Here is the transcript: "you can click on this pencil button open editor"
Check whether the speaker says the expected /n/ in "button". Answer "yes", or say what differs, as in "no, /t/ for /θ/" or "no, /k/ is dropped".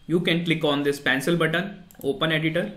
yes